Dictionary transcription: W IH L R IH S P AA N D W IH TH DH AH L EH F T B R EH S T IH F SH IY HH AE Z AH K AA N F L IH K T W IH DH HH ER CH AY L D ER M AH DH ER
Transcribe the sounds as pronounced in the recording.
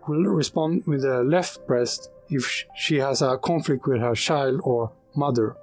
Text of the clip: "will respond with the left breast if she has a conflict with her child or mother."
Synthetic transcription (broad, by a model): W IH L R IH S P AA N D W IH DH AH L EH F T B R EH S T IH F SH IY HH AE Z AH K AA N F L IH K T W IH DH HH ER CH AY L D ER M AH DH ER